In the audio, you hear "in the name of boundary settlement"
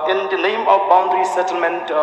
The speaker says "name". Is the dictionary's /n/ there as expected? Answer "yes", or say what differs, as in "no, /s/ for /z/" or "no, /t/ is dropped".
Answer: no, /l/ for /n/